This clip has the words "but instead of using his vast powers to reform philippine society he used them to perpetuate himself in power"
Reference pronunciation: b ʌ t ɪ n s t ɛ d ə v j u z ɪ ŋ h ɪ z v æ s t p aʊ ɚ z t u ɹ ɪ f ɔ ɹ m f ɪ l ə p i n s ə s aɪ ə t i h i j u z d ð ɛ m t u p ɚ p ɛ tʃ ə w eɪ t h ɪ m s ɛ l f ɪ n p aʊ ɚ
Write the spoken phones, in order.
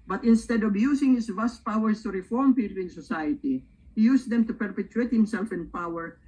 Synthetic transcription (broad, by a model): b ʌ t ɪ n s t ɛ d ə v j u s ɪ ŋ h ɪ s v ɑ s t p aʊ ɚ s t u ɹ ɪ f ɔ ɹ m p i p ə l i n s ə s aɪ ə t i h i j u s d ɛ m t u p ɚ p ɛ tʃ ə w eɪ t h ɪ m s ɛ l f ɪ n p aʊ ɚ